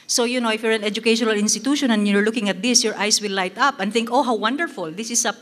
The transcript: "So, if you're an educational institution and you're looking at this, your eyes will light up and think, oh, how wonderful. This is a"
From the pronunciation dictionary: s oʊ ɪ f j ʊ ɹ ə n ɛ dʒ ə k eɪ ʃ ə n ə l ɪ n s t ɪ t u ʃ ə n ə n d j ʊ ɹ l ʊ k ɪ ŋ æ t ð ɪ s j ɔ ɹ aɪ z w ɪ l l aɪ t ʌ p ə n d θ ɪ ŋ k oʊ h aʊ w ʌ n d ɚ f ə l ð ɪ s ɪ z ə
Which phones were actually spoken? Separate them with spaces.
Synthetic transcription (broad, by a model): s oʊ ɪ f j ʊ ɹ ə n ɛ dʒ ə k eɪ ʃ ə n ə l ɪ n s t ɪ t u ʃ ə n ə n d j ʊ ɹ l ʊ k ɪ ŋ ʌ t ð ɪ s j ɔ ɹ aɪ s w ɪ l l aɪ t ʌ p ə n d θ ɪ ŋ k oʊ h aʊ w ʌ n d ɚ f ə l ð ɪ s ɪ s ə